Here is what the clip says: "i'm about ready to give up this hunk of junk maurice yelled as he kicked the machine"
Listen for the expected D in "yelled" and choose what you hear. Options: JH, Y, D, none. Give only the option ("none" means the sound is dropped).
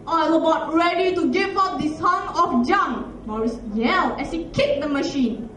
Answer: none